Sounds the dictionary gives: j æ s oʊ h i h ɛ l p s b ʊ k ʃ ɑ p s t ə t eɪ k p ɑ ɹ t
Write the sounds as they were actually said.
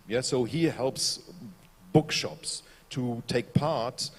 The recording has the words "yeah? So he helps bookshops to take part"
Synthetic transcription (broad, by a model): j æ s oʊ h i h ɛ l p s b ʊ k ʃ ɑ p s t ə t eɪ k p ɑ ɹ t